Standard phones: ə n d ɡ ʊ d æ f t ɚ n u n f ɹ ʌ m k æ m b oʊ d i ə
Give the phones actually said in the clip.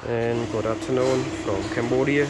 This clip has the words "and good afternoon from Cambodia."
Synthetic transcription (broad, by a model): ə n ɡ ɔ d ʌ p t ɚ n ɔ n f ɹ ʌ m k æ m b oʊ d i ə